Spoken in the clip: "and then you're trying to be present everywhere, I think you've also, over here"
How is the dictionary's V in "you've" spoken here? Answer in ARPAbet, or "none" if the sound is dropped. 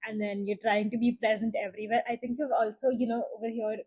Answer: none